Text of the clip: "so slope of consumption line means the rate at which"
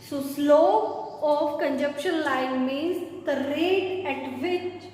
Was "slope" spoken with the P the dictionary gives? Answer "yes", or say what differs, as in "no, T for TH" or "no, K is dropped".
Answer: no, P is dropped